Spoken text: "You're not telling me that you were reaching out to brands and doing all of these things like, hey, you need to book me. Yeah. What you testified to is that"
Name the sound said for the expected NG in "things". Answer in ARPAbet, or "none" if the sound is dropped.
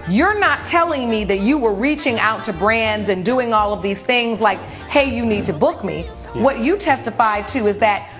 NG